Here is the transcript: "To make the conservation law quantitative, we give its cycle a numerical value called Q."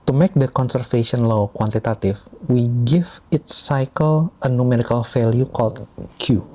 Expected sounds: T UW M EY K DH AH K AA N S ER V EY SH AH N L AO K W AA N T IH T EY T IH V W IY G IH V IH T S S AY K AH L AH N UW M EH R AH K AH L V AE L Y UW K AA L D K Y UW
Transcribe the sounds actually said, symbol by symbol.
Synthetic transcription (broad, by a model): T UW M EY K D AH K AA N S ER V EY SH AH N L AO K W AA N T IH T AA T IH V W IY G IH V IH T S S AY K AH L AH N UW M EH R AH K AH L F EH L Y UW K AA L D K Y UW